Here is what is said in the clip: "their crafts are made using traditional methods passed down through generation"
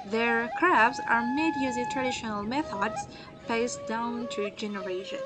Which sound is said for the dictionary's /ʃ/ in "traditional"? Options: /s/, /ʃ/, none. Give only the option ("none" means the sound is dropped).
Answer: /ʃ/